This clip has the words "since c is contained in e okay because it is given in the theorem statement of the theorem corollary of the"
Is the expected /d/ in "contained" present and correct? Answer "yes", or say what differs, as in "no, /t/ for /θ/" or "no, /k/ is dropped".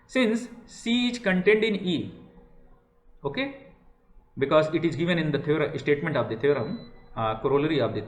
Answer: yes